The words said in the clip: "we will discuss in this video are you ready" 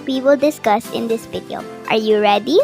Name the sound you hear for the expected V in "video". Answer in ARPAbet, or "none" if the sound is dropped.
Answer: P